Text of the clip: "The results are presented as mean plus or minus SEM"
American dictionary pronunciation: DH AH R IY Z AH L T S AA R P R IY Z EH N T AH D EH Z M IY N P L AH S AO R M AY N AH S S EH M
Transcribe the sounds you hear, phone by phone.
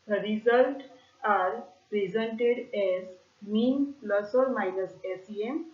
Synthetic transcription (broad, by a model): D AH R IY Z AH L T AA R P R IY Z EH N T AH D EH Z M IY N P L AH S AO R M AY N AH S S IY M